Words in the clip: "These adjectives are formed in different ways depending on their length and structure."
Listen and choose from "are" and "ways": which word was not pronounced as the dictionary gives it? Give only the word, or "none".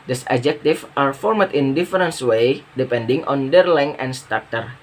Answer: ways